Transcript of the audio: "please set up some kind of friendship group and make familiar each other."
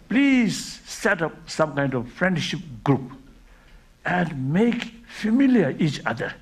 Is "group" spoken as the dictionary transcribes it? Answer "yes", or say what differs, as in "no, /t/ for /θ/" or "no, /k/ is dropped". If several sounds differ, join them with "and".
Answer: yes